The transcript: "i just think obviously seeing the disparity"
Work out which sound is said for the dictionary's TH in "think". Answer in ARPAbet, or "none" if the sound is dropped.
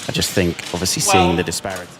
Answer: TH